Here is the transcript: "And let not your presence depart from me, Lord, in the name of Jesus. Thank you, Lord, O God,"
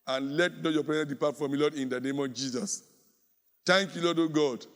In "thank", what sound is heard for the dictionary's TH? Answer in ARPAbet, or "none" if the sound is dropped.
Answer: T